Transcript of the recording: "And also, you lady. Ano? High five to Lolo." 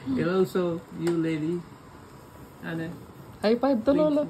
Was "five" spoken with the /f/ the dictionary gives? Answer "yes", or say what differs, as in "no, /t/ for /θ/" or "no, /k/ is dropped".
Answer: no, /p/ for /f/